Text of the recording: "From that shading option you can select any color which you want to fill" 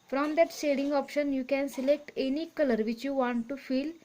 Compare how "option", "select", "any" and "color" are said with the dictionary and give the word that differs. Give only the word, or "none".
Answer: none